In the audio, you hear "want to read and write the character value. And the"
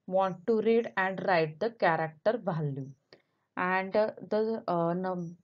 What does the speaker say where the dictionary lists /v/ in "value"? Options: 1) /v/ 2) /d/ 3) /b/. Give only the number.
3